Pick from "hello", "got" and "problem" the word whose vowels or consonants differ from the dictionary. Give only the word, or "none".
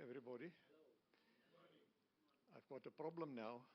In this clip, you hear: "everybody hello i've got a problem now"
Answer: hello